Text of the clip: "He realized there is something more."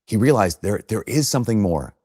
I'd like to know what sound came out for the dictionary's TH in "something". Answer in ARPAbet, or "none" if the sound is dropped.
TH